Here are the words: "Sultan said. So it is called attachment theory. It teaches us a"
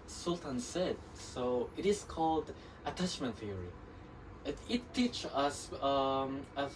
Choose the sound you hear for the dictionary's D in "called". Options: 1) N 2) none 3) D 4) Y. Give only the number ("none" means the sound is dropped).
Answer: 3